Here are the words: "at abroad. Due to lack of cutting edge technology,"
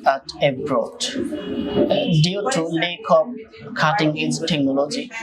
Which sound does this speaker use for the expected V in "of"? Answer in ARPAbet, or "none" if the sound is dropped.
B